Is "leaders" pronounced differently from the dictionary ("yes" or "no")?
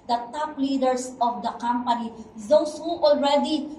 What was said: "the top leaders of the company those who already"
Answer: yes